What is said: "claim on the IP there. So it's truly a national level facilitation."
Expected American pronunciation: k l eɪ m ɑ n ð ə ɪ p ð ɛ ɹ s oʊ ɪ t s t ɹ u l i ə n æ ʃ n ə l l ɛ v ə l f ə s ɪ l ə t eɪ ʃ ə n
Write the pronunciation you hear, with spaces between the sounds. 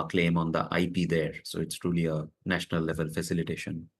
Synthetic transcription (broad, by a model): k l eɪ m ɑ n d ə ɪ p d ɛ ɹ s oʊ ɪ t s t ɹ u l i ə n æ ʃ n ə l l ɛ v ə l f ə s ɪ l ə t eɪ ʃ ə n